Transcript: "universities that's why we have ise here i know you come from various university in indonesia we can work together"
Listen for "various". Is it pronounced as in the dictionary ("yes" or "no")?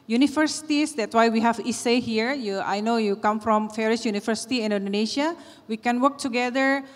no